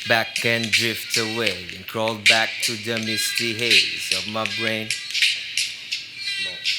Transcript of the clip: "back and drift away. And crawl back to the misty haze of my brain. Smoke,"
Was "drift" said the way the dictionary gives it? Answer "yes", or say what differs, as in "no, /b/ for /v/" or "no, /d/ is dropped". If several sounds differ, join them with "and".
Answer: yes